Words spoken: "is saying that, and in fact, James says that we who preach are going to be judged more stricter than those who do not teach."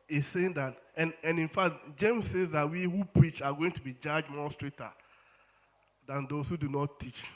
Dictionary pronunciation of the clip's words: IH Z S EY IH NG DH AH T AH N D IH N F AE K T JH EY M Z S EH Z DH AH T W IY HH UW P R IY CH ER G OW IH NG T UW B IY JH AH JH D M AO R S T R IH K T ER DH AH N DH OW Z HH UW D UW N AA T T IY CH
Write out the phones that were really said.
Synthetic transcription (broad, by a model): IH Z S EY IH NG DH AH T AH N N IH N F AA K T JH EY M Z S EH Z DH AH T W IY HH UW P R IY CH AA G OW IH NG T UW B IY JH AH JH M AO S T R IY T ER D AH N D OW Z HH UW D UW N AA T T IY CH